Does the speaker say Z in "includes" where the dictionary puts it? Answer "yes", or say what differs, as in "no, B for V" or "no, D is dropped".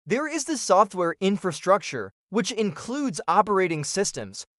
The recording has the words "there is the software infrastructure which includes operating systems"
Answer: yes